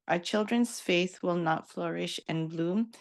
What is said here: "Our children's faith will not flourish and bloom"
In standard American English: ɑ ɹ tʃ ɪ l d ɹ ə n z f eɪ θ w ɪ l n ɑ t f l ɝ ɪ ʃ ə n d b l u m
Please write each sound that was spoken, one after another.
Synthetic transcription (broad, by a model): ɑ tʃ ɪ l d ɹ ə n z f eɪ θ w ɪ l n ɑ t f l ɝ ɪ ʃ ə n b l u m